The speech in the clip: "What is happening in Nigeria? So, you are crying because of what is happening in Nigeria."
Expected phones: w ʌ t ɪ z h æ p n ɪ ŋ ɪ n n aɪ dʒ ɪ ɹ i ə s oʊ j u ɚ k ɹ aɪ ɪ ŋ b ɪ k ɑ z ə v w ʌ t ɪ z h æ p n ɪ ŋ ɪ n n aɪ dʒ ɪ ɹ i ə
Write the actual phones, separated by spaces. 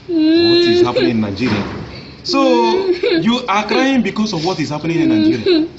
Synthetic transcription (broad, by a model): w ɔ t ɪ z h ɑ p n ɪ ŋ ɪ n n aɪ dʒ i ɹ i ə s oʊ j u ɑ k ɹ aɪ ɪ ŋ b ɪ k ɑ s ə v w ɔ t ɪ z h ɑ p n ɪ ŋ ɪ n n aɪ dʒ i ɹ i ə